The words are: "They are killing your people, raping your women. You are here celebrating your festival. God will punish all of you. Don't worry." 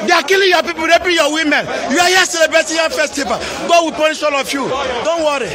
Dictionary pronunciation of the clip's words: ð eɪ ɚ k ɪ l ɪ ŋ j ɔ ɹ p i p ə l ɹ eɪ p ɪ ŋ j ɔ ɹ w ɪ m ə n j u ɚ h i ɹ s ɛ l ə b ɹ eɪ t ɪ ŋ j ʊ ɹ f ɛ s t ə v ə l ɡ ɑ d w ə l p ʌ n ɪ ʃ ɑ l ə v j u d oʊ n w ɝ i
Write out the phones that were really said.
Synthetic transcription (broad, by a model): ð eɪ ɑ k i l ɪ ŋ j ɔ p i p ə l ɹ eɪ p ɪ j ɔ w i m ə n j u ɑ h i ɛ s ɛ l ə b ɹ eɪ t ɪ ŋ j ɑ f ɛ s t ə p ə ɡ ɑ d w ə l p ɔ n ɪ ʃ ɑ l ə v j u d oʊ n w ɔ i